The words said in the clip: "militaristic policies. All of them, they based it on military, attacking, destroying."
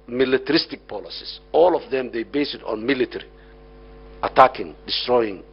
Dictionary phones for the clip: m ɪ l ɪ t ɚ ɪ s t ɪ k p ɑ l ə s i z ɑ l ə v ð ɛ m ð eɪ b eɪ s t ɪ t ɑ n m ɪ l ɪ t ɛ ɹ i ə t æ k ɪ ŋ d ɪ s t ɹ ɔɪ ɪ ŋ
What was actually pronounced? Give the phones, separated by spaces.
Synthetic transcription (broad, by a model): m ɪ l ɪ t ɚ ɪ s t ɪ k p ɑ l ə s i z ɑ l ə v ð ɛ m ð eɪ b eɪ s ɪ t ɑ n m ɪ l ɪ t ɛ ɹ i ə t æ k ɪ ŋ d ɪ s t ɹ ɔɪ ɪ ŋ